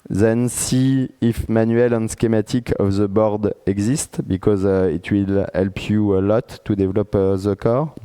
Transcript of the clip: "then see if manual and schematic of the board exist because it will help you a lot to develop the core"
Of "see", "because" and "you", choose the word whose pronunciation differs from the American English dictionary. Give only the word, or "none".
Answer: none